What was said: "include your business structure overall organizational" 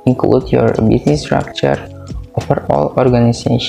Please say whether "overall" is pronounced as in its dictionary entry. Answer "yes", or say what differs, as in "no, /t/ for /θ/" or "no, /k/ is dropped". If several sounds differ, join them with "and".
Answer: no, /f/ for /v/